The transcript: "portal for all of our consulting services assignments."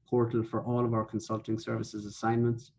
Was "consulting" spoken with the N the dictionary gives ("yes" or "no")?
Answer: yes